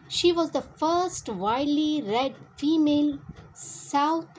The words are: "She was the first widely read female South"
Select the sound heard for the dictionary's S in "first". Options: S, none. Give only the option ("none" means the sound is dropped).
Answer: S